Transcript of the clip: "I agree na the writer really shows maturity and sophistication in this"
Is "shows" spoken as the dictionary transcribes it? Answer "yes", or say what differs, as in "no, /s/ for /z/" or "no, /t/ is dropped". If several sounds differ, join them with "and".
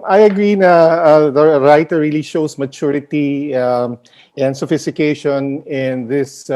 no, /s/ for /z/